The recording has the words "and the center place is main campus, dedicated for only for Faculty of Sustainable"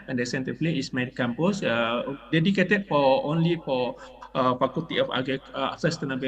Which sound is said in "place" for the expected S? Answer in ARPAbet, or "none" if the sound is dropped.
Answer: none